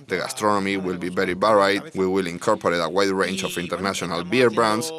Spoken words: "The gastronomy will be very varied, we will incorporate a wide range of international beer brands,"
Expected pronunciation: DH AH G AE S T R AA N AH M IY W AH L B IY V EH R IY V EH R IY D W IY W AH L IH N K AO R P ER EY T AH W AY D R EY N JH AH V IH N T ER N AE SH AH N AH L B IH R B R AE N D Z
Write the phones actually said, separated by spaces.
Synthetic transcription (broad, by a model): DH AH G AE S T R AA N AH M IY W AH L B IY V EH R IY B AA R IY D W IY W AH L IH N K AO R P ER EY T AH W AY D R EY N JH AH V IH N T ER N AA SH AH N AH L B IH R B R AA N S